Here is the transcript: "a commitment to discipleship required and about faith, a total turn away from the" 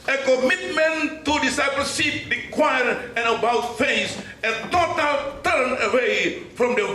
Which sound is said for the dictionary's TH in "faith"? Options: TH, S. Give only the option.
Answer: S